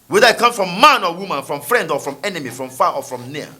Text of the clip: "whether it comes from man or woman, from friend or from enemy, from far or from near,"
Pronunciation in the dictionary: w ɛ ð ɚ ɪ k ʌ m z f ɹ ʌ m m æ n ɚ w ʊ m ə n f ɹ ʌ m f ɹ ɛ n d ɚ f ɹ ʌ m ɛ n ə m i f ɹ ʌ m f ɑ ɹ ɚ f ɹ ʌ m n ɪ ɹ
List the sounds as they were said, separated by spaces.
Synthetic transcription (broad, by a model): w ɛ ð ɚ ɪ k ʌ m f ɹ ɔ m m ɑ n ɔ w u m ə n f ɹ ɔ m f ɹ ɛ n d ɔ f ɹ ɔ m ɛ n ə m i f ɹ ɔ m f ɑ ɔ f ɹ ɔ m n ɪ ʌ